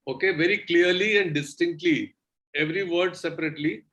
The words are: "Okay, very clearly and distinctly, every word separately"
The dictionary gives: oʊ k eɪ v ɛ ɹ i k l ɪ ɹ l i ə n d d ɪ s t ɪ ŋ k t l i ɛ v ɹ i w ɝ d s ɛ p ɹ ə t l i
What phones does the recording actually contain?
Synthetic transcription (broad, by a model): oʊ k eɪ v ɛ ɹ i k l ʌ ɹ l i ə n d d ɪ s t ɪ ŋ k t l i ɛ v ɹ i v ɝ d s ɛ p ɹ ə t l i